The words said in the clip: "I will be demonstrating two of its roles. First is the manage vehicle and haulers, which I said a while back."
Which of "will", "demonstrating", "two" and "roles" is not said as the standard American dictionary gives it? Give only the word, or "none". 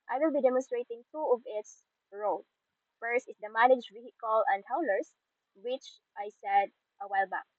roles